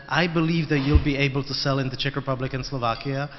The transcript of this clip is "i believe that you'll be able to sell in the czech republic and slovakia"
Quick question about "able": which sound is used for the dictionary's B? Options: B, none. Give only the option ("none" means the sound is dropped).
B